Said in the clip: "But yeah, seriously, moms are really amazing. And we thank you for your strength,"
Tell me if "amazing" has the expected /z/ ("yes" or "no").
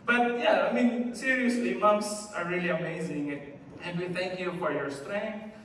yes